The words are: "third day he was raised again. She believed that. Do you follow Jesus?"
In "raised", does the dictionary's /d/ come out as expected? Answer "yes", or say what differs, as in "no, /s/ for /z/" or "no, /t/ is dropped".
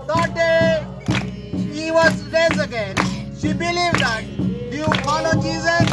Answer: no, /d/ is dropped